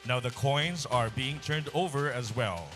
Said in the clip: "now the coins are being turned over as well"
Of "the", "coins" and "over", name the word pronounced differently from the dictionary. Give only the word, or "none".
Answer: none